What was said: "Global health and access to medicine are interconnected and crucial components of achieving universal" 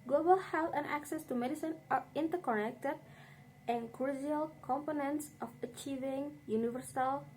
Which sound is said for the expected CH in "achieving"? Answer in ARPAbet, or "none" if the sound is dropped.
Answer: CH